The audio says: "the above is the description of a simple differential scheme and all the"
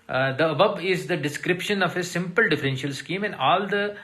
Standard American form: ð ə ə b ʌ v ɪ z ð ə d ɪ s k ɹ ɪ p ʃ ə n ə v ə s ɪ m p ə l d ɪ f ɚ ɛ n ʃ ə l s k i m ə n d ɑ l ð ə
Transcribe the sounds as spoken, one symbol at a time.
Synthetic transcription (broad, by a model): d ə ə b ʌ b ɪ z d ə d ɪ s k ɹ ɪ p ʃ ə n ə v ə s ɪ m p ə l d ɪ f ɚ ɛ n ʃ ə l s k i m ə n d ɑ l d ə